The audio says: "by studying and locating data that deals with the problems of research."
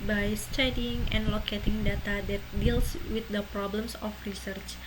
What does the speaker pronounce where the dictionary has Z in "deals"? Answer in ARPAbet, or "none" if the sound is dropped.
S